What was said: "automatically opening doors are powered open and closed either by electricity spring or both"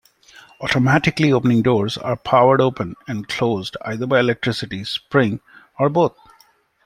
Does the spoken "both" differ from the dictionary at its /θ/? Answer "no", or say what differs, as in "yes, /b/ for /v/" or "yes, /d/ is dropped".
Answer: yes, /t/ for /θ/